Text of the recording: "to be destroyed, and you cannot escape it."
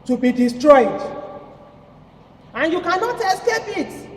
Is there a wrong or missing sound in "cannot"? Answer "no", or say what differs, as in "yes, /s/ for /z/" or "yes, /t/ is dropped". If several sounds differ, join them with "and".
no